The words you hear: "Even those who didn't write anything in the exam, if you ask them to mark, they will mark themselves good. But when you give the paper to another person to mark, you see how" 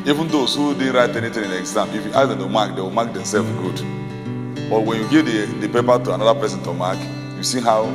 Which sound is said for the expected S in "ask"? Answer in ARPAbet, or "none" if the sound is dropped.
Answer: none